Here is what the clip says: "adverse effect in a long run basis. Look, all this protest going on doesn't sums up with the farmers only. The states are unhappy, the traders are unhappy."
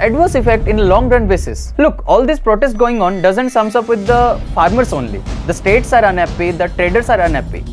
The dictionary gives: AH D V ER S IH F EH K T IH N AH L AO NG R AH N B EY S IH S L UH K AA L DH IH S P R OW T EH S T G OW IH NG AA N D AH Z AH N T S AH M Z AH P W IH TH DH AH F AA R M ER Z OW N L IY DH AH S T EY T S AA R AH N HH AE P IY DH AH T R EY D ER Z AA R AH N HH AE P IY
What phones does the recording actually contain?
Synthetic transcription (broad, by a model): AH D V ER S IH F EH K T IH N AH L AO NG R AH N B EY S IH S L UH K AA L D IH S P R OW T EH S T G OW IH NG AA N D AH Z AH N T S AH M S AH P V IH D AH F AA R M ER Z OW N L IY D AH S T EY T S AA R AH N HH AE P IY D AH T R EY D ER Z AA R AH N HH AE P IY